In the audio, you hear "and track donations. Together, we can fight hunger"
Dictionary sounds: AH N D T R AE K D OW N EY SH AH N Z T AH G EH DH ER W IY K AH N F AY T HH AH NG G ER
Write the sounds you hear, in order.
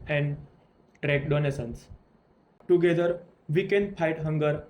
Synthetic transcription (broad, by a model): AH N D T R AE K D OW N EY S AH N S T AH G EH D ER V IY K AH N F AY T HH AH NG G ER